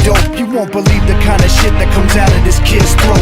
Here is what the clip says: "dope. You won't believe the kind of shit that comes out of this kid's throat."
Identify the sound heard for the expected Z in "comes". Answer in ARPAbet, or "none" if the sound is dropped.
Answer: Z